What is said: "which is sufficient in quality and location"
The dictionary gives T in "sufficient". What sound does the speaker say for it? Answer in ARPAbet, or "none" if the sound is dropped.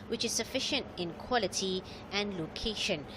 T